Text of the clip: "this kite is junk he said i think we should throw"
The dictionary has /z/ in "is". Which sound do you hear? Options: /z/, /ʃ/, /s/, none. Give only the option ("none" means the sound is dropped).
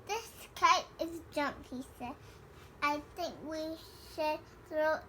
/z/